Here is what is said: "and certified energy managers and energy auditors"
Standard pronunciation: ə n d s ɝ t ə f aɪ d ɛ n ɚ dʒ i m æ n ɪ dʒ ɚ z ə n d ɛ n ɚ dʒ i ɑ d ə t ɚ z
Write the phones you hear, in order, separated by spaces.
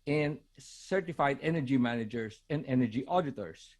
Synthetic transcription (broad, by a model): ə n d s ɝ t ə f aɪ d ɛ n ɚ dʒ i m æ n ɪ dʒ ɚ s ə n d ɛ n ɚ dʒ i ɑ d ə t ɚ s